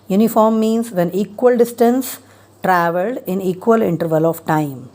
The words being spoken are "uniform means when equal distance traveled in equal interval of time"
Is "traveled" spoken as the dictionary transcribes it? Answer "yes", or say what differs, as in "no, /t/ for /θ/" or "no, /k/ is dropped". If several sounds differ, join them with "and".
yes